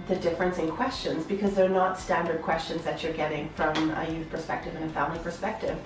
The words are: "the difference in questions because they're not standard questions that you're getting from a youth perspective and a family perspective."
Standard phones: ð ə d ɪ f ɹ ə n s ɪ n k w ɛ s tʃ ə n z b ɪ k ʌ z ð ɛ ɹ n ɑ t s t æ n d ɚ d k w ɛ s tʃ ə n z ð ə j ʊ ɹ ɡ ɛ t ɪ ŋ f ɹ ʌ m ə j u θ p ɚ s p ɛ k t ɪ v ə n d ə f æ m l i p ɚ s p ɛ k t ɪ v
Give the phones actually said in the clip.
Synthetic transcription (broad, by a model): ð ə d ɪ f ɹ ə n s ɪ n k w ɛ s tʃ ə n z b ɪ k ʌ z ð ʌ ɹ n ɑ t s t æ n d ɚ d k w ɛ s tʃ ə n z ð ə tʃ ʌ ɹ ɡ ɛ t ɪ ŋ f ɹ ʌ m ə j u θ p ɚ s p ɛ k t ɪ v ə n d ə f æ m l i p ɚ s p ɛ k t ɪ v